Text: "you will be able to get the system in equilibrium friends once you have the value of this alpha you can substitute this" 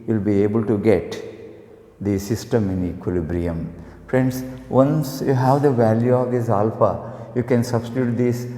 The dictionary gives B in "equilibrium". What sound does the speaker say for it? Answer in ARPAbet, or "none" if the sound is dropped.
B